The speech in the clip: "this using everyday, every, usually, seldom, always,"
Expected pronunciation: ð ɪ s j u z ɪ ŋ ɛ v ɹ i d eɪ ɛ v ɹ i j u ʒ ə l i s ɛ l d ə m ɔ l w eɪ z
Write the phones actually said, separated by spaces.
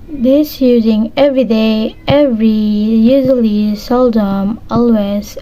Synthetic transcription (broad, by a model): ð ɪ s j u z ɪ ŋ ɛ v ɹ i d eɪ ɛ v ɹ i j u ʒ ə l i s ɛ l d ə m ɔ l w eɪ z